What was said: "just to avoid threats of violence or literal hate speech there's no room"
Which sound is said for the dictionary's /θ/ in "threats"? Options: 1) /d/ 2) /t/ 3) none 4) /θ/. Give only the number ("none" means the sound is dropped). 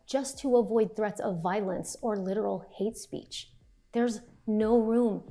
4